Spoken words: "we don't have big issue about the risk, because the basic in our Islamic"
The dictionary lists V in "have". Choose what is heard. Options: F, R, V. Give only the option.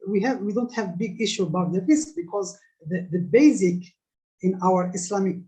V